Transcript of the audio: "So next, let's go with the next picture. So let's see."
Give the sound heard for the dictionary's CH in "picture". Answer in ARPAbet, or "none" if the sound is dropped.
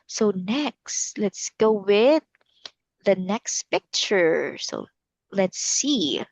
CH